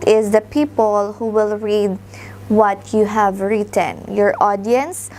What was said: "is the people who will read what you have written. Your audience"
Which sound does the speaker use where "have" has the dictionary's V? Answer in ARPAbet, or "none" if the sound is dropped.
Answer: V